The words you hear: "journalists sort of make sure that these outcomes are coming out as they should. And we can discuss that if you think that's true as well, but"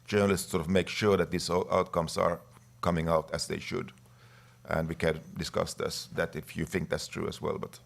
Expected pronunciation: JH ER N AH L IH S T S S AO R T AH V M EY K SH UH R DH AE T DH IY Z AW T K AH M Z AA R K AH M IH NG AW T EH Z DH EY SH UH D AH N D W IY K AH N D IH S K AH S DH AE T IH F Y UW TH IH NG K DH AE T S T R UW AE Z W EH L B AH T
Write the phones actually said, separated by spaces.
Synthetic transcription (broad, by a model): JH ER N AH L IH S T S S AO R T AH V M EY K SH UH R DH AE T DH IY S AW T K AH M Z AA R K AH M IH NG AW T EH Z DH EY SH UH D AH N D W IY K AH N D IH S K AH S DH AE T IH F Y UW TH IH NG K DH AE T S T R UW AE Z W EH L B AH T